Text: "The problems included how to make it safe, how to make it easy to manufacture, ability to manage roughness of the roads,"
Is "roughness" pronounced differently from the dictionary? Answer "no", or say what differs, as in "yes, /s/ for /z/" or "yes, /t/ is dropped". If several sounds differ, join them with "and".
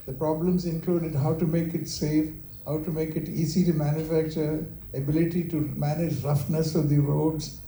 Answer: no